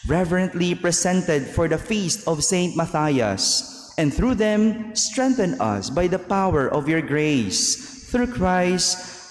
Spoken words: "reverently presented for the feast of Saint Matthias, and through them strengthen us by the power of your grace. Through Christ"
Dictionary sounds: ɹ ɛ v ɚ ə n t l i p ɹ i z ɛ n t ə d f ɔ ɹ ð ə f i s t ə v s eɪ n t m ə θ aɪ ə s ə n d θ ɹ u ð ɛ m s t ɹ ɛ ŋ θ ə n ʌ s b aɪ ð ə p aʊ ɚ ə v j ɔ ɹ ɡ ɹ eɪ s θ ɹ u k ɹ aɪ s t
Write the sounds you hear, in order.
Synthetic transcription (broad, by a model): ɹ ɛ v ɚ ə n t l i p ɹ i s ɛ n t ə d f ɔ ɹ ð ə f i s t ə v s eɪ n t m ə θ aɪ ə s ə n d θ ɹ u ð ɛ m s t ɹ ɛ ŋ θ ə n ʌ s b aɪ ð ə p aʊ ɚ ə v j ɔ ɹ ɡ ɹ eɪ s θ ɹ u k ɹ aɪ s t